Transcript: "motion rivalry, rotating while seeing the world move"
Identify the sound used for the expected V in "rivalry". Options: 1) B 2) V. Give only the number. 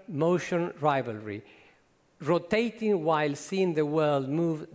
2